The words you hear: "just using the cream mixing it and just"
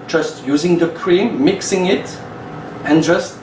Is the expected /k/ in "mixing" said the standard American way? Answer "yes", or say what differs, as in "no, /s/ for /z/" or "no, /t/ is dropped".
yes